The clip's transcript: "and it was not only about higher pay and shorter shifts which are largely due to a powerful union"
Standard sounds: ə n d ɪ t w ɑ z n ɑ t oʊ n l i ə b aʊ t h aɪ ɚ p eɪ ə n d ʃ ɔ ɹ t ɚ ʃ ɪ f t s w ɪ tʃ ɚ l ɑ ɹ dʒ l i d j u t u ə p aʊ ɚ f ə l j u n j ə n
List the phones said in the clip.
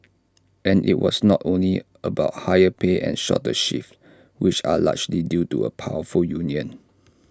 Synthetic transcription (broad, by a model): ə n ɪ t w ɑ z n ɑ t oʊ n l i ə b aʊ t h aɪ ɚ p eɪ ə n ʃ ɔ t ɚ ʃ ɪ f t w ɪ tʃ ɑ l ɑ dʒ l i d j u t u ə p aʊ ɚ f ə l j u n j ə n